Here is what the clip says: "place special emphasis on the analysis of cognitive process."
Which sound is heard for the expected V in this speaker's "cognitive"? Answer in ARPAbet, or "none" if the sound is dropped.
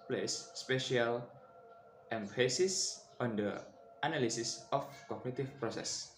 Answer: F